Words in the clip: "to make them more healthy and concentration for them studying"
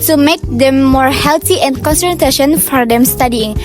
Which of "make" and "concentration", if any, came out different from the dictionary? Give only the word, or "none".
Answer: concentration